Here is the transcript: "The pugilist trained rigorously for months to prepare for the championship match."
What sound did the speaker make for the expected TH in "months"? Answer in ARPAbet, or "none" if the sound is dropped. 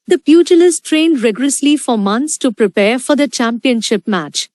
T